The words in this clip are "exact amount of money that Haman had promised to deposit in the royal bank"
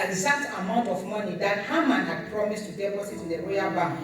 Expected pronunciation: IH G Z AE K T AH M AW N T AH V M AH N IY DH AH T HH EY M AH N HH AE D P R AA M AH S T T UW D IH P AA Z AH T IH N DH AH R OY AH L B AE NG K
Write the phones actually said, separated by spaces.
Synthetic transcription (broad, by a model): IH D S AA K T AH M AW N T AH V M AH N IY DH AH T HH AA M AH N HH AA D P R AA M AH S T T UW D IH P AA S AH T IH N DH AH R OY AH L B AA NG